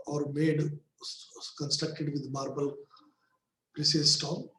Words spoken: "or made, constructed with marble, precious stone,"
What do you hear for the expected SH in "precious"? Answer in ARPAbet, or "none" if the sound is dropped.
S